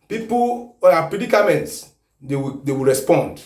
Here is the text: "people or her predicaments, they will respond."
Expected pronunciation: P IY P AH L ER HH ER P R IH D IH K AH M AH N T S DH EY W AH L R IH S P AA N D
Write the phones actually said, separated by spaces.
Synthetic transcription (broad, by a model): P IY P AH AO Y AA P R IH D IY K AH M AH N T S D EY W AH W R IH S P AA N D